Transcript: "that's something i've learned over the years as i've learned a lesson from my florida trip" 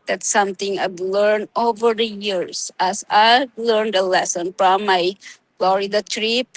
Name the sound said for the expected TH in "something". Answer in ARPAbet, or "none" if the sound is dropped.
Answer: T